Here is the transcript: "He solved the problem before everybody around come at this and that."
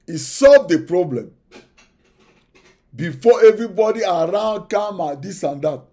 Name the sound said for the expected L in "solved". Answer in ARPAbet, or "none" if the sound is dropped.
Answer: L